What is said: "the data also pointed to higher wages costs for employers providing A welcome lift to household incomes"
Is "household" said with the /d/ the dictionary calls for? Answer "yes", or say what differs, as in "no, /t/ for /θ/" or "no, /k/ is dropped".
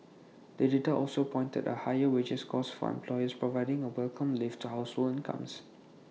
no, /d/ is dropped